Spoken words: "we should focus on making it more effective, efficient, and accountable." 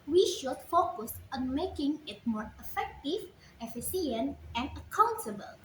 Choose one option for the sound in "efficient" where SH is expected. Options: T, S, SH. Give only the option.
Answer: S